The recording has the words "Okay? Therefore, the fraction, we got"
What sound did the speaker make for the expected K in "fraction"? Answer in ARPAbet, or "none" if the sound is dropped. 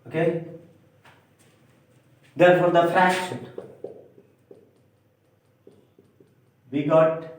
none